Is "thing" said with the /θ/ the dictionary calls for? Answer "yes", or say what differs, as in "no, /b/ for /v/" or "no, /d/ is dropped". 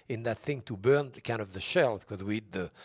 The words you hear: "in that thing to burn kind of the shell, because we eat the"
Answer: yes